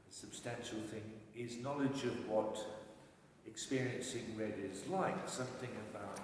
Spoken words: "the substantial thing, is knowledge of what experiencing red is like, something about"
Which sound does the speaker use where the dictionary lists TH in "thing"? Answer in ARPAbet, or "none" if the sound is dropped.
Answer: TH